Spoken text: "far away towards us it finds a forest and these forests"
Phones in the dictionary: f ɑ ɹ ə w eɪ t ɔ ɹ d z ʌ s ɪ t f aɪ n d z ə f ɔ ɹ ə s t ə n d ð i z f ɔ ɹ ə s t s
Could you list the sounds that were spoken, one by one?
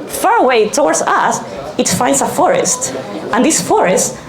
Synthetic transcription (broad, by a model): f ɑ ɹ ə w eɪ t ɔ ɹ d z ʌ s ɪ t f aɪ n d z ə f ɔ ɹ ə s t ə n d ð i s f ɔ ɹ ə s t